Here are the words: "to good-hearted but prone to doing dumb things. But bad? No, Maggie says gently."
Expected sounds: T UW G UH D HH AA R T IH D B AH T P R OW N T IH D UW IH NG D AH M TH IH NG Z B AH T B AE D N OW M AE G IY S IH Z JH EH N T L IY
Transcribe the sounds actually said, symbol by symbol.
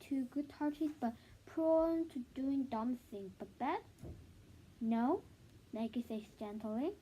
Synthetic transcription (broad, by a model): T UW G UH D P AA R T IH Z B AH T P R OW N T IH D UW IH NG D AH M S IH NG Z B AH T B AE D N OW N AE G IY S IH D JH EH N T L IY